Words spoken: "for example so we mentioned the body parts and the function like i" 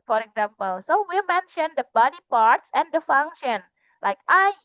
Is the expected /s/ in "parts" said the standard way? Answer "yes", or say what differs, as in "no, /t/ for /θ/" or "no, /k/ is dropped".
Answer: yes